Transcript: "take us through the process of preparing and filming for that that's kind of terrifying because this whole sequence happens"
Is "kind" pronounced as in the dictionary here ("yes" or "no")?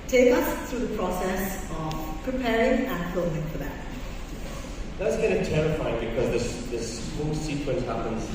no